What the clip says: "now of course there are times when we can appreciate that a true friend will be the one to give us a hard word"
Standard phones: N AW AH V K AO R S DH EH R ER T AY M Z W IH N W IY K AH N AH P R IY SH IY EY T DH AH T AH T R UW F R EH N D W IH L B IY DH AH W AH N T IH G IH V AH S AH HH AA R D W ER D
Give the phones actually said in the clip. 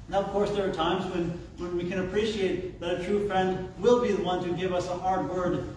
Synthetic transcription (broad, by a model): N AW AH V K AO R S DH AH R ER T AY M Z W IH N W IY K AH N AH P R IY SH IY EY T DH AH T AH T R UW F R EH N D W IH L B IY DH AH W AH N T IH G IH V AH S AH HH AA R D W ER D